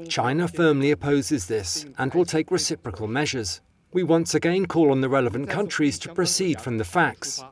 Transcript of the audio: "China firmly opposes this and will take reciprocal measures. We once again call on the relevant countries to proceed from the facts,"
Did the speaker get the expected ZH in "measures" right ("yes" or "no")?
yes